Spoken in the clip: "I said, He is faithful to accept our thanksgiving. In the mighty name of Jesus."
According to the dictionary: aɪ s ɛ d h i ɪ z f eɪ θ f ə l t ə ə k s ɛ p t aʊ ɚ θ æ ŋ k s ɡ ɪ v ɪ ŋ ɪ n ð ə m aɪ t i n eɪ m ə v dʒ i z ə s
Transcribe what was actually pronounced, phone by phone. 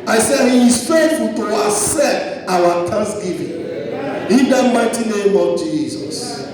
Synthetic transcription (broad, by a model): aɪ s ɛ d h i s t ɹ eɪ t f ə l t ə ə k s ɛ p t aʊ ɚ t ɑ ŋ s ɡ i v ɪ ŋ ɪ n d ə m aɪ t i n eɪ m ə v dʒ i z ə s